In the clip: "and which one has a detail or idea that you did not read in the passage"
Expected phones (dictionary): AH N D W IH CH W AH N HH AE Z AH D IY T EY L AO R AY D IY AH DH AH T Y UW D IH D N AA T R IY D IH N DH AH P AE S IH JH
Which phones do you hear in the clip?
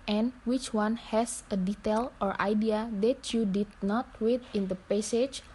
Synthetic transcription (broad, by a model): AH N W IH CH W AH N HH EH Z AH D IY T EY L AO R AY D IY AH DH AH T Y UW D IH D N AA T W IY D IH N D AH P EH S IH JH